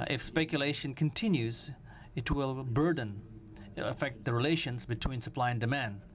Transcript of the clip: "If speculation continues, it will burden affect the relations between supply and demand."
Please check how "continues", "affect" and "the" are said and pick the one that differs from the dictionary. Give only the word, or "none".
none